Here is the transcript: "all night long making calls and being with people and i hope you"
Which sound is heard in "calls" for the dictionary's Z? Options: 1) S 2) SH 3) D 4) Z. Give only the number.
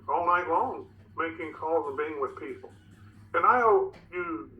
4